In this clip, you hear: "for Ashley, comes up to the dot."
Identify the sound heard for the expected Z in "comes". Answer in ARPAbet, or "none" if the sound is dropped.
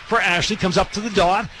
Z